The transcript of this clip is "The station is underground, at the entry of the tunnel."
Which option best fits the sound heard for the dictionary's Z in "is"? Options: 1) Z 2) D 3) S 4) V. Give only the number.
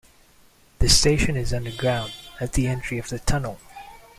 1